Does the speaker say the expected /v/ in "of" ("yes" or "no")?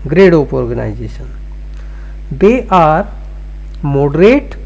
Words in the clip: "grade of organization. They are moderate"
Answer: no